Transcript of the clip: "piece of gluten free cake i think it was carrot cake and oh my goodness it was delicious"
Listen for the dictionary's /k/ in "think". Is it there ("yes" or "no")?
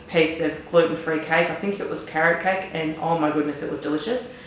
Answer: yes